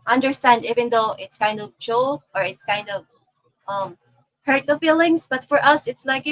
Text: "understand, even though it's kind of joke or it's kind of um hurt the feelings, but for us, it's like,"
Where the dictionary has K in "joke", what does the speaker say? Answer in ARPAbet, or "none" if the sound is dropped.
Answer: none